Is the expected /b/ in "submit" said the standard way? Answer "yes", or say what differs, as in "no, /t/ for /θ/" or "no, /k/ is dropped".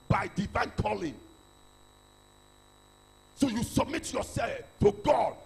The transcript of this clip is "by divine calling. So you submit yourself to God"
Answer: yes